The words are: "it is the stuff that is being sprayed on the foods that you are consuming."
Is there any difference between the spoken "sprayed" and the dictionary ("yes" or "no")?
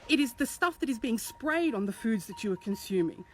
no